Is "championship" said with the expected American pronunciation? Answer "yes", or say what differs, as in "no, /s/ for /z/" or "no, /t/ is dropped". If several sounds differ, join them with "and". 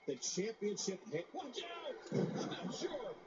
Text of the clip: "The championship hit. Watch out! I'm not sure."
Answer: yes